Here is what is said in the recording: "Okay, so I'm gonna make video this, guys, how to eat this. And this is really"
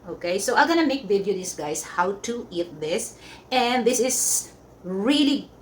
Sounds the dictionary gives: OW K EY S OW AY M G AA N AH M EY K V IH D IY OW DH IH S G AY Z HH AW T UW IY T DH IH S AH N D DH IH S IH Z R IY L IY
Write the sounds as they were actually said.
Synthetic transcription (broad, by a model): OW K EY S OW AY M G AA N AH M EY K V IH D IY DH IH S G AY S HH AW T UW IY T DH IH S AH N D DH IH S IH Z R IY L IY